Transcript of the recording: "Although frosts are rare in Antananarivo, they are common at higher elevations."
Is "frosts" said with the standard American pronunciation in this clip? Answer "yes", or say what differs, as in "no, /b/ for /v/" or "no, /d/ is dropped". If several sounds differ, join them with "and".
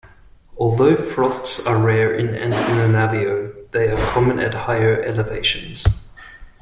yes